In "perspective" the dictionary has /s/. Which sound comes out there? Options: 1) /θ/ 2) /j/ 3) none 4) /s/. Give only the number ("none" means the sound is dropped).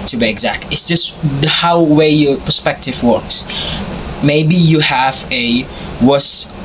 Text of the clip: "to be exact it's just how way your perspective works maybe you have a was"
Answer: 4